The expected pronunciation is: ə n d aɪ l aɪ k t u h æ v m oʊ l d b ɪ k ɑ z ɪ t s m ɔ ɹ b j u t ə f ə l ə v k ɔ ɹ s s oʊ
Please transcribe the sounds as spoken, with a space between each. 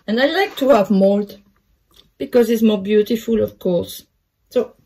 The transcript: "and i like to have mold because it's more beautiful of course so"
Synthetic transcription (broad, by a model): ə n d aɪ l aɪ k t u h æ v m oʊ l d b ɪ k ɑ z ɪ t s m ɔ ɹ b j u t ə f ə l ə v k ɔ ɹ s s oʊ